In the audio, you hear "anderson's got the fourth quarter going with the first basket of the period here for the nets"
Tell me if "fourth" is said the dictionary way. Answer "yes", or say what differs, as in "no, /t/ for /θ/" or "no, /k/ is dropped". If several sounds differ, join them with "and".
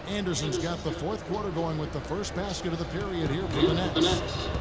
yes